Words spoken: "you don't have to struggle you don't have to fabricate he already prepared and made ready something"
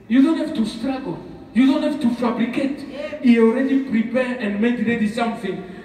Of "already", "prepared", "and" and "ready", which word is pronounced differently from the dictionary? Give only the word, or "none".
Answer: prepared